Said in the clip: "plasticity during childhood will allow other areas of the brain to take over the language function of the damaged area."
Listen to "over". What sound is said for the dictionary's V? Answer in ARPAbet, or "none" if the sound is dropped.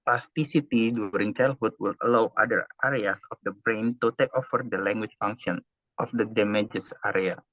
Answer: F